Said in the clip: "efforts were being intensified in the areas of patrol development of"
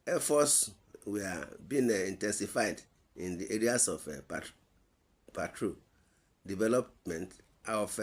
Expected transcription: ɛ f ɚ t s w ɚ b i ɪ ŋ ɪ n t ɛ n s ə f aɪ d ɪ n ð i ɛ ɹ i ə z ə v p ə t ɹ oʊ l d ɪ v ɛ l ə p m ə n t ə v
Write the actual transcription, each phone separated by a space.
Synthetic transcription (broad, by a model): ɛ f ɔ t s w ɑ b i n ɪ n t ɛ n s ə f aɪ d ɪ n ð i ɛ ɹ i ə s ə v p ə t ɹ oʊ d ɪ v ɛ l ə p m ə n t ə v